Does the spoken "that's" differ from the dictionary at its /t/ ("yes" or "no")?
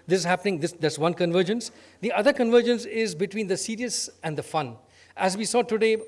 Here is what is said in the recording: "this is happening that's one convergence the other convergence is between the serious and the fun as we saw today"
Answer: yes